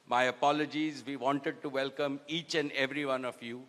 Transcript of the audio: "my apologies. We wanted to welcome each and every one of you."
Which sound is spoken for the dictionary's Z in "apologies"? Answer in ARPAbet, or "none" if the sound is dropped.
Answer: Z